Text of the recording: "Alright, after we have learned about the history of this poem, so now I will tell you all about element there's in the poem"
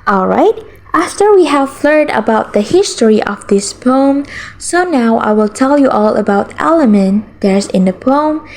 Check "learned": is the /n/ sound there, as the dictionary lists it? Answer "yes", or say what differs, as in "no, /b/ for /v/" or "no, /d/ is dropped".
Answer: no, /n/ is dropped